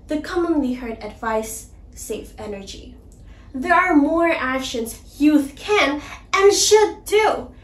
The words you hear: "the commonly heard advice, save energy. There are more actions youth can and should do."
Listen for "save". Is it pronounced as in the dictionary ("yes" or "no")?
no